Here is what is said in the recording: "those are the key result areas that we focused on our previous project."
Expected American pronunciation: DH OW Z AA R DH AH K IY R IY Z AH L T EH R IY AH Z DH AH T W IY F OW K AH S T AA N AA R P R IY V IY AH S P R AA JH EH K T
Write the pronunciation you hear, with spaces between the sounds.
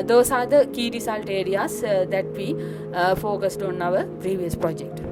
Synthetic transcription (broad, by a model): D OW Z AA R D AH K IY R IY S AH L T EH R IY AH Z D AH T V IY F OW K AH S T AA N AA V P R IY V IY AH S P R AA JH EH K T